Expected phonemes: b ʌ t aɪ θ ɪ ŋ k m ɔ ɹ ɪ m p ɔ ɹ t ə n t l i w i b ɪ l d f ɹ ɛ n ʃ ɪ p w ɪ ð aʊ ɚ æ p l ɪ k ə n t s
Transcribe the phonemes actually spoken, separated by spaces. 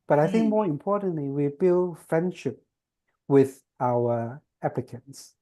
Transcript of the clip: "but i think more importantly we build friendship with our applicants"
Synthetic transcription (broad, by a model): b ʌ t aɪ θ ɪ ŋ k m ɔ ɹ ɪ m p ɔ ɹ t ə n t l i w i b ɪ l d f ɹ ɛ n ʃ ɪ p w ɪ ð aʊ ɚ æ p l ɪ k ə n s